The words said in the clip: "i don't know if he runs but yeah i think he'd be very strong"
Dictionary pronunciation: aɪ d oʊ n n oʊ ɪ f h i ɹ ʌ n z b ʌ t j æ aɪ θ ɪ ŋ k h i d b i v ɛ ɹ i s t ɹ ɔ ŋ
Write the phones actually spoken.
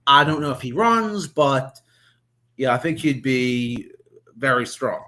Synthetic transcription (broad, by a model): aɪ d oʊ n n oʊ ɪ f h i ɹ ʌ n z b ʌ t j æ aɪ θ ɪ ŋ k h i d b i v ɛ ɹ i s t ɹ ɔ ŋ